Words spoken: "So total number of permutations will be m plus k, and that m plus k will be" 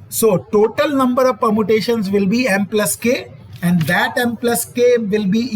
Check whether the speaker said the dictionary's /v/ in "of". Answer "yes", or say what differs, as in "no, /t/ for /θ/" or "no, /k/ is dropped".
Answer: yes